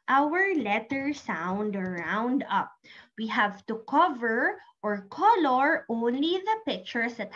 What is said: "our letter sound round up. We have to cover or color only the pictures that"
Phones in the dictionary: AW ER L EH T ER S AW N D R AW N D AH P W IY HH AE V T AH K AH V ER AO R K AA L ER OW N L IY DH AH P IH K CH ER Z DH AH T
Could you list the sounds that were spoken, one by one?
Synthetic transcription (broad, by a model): AW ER L EH T ER S AW N D R AW N D AH P W IY HH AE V T AH K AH V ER AO R K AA L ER OW N L IY DH AH P IH K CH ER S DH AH T